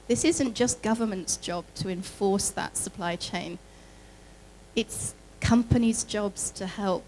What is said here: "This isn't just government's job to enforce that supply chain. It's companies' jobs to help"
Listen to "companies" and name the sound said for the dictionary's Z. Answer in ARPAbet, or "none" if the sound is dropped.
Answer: Z